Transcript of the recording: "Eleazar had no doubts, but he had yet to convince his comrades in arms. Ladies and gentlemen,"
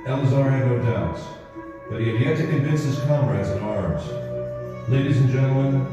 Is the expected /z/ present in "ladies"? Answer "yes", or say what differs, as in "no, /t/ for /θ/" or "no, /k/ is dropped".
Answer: yes